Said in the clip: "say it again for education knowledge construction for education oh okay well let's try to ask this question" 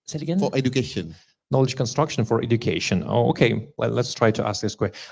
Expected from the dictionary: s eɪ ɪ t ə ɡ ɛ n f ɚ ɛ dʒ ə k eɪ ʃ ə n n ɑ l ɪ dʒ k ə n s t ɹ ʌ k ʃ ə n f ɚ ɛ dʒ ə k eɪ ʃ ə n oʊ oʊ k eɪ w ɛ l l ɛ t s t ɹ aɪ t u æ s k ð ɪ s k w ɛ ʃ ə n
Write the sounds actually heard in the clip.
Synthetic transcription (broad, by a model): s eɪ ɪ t ə ɡ ɛ n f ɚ ɛ dʒ ə k eɪ ʃ ə n n ɑ l ɪ dʒ k ə n s t ɹ ʌ k ʃ ə n f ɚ ɛ dʒ ə k eɪ ʃ ə n oʊ oʊ k eɪ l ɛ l l ɛ t s t ɹ aɪ t u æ s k ð ɪ s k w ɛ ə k